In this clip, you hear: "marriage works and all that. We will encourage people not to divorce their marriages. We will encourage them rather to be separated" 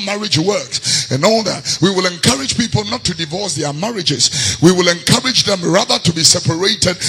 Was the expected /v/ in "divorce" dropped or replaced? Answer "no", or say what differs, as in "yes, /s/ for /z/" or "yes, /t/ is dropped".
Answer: no